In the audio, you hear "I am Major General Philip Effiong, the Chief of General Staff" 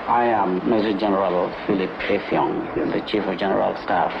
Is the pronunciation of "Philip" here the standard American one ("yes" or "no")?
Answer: yes